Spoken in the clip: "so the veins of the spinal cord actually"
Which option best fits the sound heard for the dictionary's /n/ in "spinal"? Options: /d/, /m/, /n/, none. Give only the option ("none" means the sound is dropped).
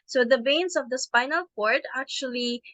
/n/